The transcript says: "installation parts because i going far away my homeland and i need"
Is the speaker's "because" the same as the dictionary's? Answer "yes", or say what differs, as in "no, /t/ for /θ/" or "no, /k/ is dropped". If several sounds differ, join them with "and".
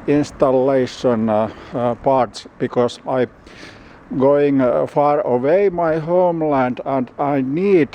no, /s/ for /z/